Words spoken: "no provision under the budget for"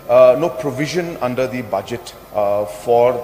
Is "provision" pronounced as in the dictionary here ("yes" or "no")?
yes